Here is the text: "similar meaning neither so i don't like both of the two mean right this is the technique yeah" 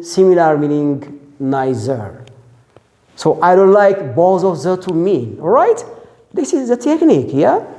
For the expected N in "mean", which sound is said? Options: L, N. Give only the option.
L